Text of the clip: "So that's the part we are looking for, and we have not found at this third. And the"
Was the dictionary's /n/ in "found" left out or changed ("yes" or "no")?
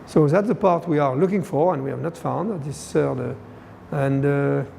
no